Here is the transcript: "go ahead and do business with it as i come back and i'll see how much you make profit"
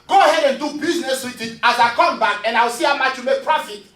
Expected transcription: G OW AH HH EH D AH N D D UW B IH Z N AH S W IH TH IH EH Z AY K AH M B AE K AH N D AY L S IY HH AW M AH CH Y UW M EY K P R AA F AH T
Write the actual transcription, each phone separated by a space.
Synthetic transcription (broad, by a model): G OW AH HH EH D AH N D D UW B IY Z N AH S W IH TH IH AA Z AY K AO M B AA K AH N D AY W S IY HH AW M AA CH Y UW M EY K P R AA F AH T